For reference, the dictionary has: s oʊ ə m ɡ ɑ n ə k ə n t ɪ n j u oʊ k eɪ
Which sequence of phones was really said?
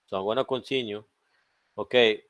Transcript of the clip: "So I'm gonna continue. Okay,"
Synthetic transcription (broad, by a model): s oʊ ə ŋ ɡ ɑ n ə k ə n s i n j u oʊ k eɪ